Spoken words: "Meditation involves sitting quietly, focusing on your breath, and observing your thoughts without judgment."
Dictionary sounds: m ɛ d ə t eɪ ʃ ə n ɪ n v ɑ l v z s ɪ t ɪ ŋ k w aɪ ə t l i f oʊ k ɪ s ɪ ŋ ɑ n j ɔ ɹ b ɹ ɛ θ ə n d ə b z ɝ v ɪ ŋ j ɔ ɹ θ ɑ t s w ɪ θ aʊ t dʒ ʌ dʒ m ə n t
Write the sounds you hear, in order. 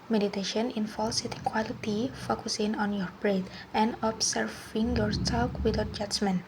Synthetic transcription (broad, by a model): m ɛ d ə t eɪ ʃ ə n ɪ n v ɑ l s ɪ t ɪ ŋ k w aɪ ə t i f oʊ k ɪ s ɪ ŋ ɑ n j ɔ ɹ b ɹ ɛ t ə n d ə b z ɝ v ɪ ŋ j ɔ ɹ s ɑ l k w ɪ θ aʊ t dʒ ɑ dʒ m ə n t